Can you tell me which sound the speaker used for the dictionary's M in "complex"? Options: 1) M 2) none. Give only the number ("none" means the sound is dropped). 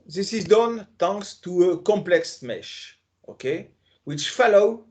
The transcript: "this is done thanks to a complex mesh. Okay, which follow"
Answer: 1